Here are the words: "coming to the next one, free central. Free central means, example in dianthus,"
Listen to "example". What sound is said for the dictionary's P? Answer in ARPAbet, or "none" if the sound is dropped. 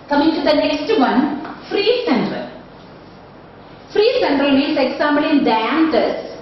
B